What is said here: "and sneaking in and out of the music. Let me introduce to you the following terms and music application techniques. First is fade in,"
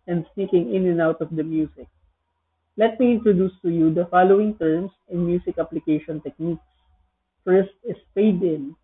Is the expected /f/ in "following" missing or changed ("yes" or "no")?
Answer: no